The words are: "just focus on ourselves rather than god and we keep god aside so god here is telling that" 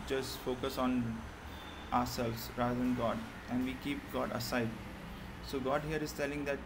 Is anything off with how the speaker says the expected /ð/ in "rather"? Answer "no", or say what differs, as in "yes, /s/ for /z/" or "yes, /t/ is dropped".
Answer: yes, /ð/ is dropped